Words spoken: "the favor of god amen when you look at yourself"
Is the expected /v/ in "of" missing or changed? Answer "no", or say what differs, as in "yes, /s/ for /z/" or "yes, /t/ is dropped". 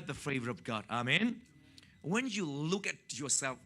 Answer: no